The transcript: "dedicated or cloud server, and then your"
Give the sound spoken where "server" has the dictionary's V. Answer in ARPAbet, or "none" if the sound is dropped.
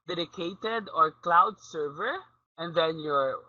V